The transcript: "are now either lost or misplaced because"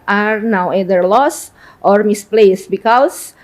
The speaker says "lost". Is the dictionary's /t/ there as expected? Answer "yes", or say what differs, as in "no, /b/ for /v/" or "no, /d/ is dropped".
yes